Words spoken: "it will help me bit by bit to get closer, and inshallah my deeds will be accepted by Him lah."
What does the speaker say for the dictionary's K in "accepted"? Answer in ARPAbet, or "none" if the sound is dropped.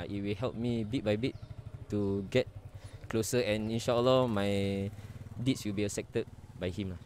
none